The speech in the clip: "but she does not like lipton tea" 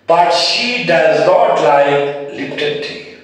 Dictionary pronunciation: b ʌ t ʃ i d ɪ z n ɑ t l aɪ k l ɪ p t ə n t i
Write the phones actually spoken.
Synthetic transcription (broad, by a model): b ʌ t ʃ i d ɪ z n ɑ t l aɪ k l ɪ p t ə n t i